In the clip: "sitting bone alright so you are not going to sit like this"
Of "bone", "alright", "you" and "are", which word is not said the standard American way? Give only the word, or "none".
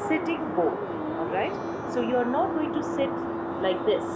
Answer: bone